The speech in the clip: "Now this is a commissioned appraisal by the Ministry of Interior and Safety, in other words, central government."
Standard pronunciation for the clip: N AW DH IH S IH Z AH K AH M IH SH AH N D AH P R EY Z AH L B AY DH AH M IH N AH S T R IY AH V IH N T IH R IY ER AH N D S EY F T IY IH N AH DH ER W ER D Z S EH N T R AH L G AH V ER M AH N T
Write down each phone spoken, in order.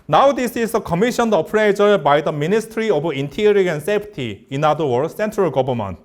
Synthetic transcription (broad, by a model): N AW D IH S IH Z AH K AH M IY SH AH N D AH P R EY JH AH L B AY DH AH M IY N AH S T R IY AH B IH N T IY R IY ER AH N S EY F T IY IH N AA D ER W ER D S EH N T R AH L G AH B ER M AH N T